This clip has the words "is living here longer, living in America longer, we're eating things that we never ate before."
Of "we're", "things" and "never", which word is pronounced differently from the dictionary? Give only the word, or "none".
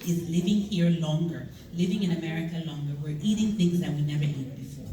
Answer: none